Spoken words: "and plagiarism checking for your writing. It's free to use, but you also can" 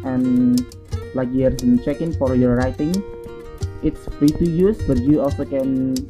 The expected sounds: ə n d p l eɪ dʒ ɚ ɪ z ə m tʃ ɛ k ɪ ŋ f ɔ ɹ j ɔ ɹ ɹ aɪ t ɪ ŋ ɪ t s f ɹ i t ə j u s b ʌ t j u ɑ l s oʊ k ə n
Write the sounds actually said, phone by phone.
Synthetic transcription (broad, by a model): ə n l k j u ɚ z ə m tʃ ɛ k ɪ ŋ f ɔ ɹ j ɔ ɹ ɹ aɪ t ɪ ŋ ɪ t s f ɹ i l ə j u s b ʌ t j u ɑ l s oʊ k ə n